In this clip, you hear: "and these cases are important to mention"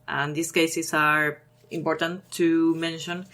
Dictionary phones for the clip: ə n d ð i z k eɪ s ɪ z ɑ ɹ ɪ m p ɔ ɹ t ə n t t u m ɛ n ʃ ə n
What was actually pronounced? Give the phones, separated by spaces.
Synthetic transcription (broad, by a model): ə n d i s k eɪ s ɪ s ɑ ɹ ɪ m p ɔ ɹ t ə n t t u m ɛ n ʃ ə n